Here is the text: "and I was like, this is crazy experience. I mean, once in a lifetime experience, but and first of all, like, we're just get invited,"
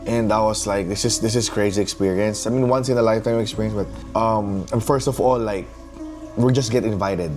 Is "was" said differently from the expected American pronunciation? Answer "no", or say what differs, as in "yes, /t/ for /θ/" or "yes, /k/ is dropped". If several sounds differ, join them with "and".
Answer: yes, /s/ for /z/